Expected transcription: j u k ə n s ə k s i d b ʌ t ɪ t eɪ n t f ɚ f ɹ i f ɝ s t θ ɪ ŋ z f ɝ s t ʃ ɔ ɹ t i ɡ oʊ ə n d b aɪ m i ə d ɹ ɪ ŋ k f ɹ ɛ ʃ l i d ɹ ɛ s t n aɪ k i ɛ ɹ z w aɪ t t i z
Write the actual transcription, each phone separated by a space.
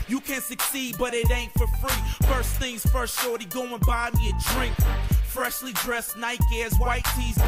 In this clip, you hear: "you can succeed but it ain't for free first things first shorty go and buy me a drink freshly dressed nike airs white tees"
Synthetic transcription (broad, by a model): j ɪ k ə n s ə k s i d b ʌ t ɪ t eɪ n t f ɚ f ɹ i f ɝ s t θ ɪ ŋ z f ɝ s t ʃ ɔ ɹ t i ɡ oʊ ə n b aɪ m i ə d ɹ ɪ ŋ k f ɹ ɛ ʃ l i d ɹ ɛ s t n aɪ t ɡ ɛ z w aɪ t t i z